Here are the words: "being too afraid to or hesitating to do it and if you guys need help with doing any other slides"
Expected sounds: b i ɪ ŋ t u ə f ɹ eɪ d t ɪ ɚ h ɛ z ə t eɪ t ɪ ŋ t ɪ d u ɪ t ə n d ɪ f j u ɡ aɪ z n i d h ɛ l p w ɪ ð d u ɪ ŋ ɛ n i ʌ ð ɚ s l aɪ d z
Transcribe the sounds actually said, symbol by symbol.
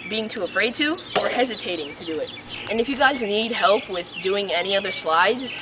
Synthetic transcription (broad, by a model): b i ɪ ŋ t u ə f ɹ eɪ d t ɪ ɚ h ɛ z ə t eɪ t ɪ ŋ t ɪ d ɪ ɪ t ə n ɪ f j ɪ ɡ aɪ z n i d h ɛ l p w ɪ ð d u ɪ ŋ ɛ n i ʌ ð ɚ s l aɪ d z